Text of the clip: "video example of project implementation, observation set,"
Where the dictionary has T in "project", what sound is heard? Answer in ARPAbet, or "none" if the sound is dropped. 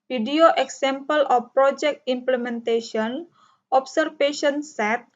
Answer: T